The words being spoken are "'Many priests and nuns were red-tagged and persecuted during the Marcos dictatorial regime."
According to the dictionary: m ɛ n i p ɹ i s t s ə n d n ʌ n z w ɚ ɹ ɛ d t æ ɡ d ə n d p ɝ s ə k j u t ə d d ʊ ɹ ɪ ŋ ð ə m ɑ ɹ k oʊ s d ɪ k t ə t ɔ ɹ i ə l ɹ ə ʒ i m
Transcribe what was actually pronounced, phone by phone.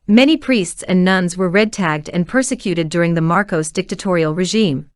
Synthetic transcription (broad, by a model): m ɛ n i p ɹ i s t s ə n n ʌ n z w ɚ ɹ ɛ d t æ ɡ d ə n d p ɝ s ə k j u t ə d d ʊ ɹ ɪ ŋ ð ə m ɑ ɹ k oʊ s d ɪ k t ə t ɔ ɹ i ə l ɹ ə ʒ i m